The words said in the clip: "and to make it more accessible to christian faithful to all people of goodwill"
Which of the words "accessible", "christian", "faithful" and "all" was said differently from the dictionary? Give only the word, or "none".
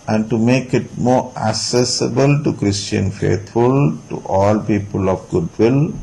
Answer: faithful